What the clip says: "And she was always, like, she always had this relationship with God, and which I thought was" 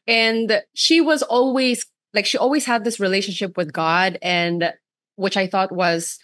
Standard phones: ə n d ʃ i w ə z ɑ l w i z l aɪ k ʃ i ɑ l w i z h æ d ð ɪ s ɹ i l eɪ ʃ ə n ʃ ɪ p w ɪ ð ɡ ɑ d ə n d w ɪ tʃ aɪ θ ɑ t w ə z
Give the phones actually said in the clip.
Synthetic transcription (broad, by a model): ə n ʃ i w ə z ɑ l w i z l aɪ k ʃ i ɑ l w i z h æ d ð ɪ s ɹ i l eɪ ʃ ə n ʃ ɪ p w ɪ ð ɡ ɑ d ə n w ɪ tʃ aɪ θ ɑ t w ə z